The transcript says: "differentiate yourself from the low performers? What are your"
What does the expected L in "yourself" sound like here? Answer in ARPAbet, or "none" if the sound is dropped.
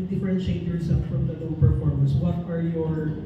none